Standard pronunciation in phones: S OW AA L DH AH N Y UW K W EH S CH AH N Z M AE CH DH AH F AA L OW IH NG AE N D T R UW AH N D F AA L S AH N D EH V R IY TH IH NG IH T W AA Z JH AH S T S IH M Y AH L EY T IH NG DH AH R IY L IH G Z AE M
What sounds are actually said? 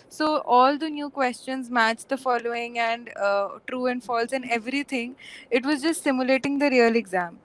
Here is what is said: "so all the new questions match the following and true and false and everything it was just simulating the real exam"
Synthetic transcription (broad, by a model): S OW AA L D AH N Y UW K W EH S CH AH N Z M AE CH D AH F AA L OW IH NG AE N D T R UW AH N D F AA L S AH N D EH V R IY T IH NG IH T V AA Z JH AH S T S IH M Y AH L EY T IH NG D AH R IY L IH G Z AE M